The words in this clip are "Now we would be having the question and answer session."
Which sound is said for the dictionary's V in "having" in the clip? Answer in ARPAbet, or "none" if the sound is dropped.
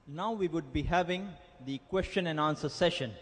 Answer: V